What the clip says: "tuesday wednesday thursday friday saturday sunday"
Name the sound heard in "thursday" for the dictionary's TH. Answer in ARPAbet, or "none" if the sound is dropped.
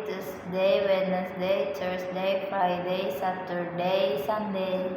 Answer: T